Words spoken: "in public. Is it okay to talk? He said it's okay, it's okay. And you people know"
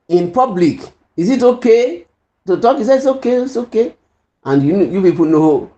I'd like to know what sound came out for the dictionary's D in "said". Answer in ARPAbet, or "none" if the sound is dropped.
none